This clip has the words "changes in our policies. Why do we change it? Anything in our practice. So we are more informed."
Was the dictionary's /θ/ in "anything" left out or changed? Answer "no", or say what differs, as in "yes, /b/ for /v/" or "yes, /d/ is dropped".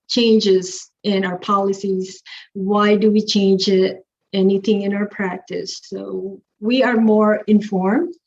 no